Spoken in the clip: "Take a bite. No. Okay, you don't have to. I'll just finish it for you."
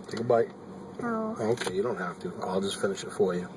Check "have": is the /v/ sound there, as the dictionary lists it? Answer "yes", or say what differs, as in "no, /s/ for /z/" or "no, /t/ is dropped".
no, /f/ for /v/